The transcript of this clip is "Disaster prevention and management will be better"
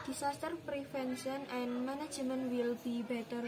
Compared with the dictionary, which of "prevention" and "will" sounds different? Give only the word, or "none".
prevention